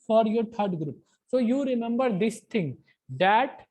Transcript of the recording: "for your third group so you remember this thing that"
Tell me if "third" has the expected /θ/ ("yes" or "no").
no